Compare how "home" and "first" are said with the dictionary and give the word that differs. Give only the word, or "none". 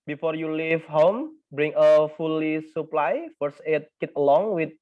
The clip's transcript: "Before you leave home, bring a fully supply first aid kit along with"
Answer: first